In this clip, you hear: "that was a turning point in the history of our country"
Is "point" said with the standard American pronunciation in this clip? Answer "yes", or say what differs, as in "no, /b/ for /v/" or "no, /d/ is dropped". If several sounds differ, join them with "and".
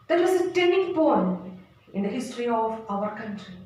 no, /t/ is dropped